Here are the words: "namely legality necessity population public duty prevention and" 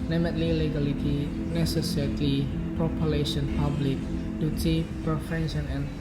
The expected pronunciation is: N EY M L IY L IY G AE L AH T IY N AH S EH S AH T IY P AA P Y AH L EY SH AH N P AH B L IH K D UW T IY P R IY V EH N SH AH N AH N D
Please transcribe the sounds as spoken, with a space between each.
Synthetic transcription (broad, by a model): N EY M L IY L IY G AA L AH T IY N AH S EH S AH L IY P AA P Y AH L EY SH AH N P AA B L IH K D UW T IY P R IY F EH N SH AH N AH N